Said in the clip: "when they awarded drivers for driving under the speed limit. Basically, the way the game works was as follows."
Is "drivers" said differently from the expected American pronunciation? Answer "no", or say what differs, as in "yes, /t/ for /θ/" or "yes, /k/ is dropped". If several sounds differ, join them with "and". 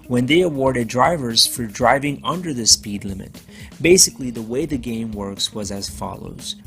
no